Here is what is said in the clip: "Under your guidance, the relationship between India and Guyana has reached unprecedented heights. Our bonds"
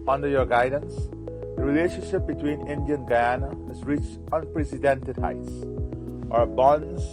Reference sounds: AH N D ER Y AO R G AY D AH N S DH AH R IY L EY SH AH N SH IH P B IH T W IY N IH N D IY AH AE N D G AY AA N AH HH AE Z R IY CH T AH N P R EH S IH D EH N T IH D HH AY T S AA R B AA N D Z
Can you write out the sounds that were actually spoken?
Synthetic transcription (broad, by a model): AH N D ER Y AO R G AY D AH N S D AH R IY L EY SH AH N SH IH P B IH T W IY N IH N D IY AH N G AY AA N AH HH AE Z R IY CH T AH N P R EH S IH D EH N T IH D HH AY T S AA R B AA N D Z